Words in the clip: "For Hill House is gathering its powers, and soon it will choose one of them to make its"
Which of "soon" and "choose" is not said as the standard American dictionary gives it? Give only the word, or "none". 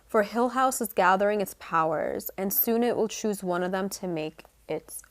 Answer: none